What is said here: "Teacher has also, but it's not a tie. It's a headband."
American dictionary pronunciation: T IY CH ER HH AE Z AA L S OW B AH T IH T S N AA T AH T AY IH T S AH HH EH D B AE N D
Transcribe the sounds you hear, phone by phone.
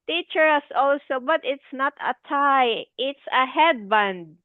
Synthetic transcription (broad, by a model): T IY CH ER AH S AA L S OW B AH T IH T S N AA T AH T AY IH T S AH HH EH D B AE N D